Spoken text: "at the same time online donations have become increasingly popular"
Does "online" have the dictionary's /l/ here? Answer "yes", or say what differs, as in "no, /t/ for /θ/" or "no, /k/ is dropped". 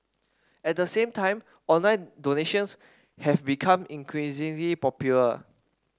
yes